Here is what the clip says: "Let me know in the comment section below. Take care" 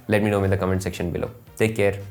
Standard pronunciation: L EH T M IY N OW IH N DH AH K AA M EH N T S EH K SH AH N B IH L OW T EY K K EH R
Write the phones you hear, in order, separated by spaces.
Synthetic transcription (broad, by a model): L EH T M IY N OW IH N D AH K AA M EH N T S EH K SH AH N B IH L OW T EY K K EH R